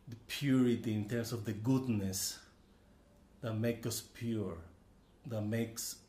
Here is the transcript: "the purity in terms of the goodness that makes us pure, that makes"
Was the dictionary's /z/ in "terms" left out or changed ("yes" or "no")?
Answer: yes